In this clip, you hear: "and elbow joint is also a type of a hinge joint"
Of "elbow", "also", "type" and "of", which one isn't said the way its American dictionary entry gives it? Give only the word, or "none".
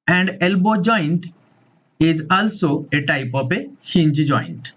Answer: of